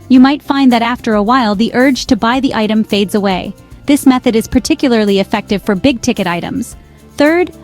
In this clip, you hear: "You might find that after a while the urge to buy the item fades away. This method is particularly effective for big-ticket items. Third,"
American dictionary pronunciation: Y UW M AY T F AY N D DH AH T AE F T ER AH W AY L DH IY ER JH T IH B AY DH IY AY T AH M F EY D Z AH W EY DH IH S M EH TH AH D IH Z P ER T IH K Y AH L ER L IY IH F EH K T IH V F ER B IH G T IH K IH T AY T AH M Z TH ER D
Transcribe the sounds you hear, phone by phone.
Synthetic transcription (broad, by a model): Y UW M AY T F AY N DH AH T AE F T ER AH W AY L DH IY ER JH T IH B AY DH IY AY T AH M F EY D Z AH W EY DH IH S M EH TH AH D IH Z P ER T IH K Y L ER L IY IH F EH K T IH V F ER B IH G T IH K IH T AY T AH M Z TH ER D